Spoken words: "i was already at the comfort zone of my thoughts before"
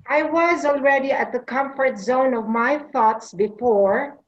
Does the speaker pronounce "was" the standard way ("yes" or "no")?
yes